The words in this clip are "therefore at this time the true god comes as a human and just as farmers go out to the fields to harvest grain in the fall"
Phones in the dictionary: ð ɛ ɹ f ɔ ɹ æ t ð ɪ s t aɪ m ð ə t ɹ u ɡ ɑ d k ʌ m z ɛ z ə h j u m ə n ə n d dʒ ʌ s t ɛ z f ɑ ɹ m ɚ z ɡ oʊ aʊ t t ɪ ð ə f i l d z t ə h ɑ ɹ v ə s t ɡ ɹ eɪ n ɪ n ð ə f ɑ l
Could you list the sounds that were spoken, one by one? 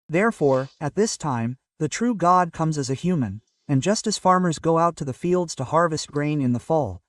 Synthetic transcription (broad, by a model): ð ɛ ɹ f ɔ ɹ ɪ t ð ɪ s t aɪ m ð ə t ɹ u ɡ ɑ d k ʌ m z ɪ z ə h j u m ə n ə n dʒ ʌ s t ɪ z f ɑ ɹ m ɚ z ɡ oʊ aʊ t t ɪ ð ə f i l d z t ə h ɑ ɹ v ə s t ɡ ɹ eɪ n ɪ n ð ə f ɑ l